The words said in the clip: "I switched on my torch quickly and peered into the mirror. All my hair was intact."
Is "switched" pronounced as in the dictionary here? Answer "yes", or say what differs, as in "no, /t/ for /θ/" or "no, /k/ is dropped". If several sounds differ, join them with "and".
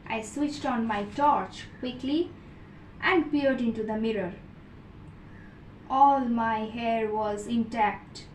yes